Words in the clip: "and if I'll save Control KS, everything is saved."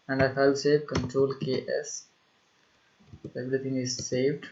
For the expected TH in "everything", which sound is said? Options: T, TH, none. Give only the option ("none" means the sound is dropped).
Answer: T